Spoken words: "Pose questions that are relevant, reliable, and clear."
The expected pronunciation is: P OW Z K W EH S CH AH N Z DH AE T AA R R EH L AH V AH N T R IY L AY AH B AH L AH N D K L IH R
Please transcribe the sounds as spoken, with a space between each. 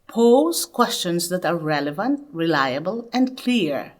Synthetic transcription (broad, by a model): P OW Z K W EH S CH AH N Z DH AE T AA R R EH L AH V AH N T R IY L AY AH B AH L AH N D K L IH R